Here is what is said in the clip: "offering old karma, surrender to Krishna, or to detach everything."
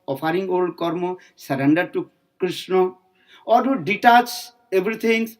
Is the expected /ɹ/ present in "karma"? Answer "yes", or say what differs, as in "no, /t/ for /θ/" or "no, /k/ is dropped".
yes